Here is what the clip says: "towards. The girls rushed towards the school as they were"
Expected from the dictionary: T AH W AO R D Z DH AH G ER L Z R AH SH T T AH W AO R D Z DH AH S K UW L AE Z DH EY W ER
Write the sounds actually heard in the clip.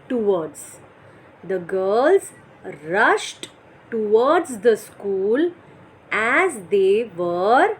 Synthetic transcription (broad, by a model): T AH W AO R D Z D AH G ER L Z R AH SH T T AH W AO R D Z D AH S K UW L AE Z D EY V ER